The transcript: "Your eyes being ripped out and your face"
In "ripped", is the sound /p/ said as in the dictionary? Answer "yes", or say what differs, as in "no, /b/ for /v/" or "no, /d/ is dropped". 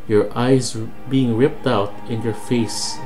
yes